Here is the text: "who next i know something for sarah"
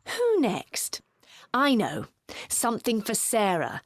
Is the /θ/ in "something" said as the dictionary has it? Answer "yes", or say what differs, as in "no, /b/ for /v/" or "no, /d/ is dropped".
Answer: yes